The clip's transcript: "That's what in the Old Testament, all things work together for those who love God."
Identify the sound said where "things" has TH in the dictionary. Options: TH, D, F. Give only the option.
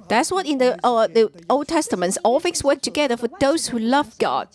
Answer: F